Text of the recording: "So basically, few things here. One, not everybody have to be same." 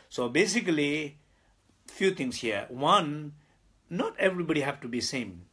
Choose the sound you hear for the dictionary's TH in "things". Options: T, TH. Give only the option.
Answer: T